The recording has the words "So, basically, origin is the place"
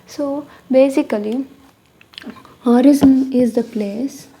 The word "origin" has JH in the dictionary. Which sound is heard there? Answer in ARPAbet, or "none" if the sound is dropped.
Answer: Z